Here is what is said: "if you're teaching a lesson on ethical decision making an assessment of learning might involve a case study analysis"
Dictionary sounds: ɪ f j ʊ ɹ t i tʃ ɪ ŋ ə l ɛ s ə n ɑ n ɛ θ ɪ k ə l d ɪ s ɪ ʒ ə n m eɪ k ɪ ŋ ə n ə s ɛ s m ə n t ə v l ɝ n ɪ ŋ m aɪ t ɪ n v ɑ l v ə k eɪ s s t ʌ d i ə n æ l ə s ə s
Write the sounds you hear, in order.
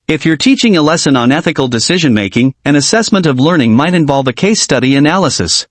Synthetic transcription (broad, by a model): ɪ f j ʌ ɹ t i tʃ ɪ ŋ ə l ɛ s ə n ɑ n ɛ θ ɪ k l d ɪ s ɪ ʒ ə n m eɪ k ɪ ŋ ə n ə s ɛ s m ə n t ə v l ɝ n ɪ ŋ m aɪ t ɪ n v ɑ l v ə k eɪ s s t ʌ d i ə n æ l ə s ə s